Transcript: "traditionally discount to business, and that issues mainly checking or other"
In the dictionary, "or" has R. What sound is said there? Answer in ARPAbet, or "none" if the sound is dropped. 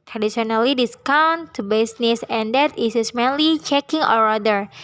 R